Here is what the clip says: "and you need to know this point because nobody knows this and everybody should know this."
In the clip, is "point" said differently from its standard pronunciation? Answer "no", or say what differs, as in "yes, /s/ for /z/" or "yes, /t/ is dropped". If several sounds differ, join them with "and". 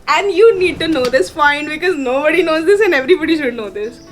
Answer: yes, /f/ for /p/